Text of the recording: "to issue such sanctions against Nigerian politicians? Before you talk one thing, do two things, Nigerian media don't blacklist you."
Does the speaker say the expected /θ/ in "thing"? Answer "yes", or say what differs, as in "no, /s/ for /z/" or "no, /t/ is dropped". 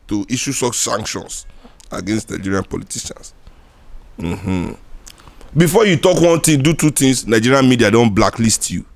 no, /t/ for /θ/